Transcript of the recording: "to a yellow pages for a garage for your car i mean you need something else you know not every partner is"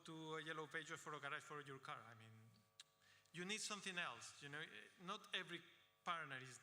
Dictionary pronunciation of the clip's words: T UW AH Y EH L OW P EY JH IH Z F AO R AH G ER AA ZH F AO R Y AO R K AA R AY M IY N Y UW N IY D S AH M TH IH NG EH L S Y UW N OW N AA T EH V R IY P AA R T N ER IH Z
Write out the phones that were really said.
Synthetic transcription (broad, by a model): T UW AH Y EH L OW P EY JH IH F AO R AH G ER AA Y F AO R Y AO R K AA R AY M IY N Y UW N IY D S AH M TH IH NG EH L S Y UW N OW N AA T EH V R IY P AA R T N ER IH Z